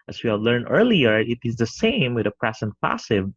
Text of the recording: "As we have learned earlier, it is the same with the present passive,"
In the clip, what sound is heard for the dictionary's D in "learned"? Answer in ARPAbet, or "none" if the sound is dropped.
none